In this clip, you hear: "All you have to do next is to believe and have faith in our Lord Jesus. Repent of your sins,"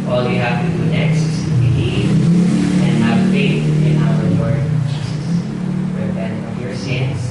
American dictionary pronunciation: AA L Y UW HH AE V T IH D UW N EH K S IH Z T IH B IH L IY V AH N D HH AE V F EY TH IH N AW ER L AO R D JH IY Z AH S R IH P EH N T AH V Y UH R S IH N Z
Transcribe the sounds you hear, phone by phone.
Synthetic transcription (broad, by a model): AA L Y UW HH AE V T IH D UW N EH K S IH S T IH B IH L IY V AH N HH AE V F EY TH IH N AW ER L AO R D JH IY S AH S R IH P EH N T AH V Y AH R S IH N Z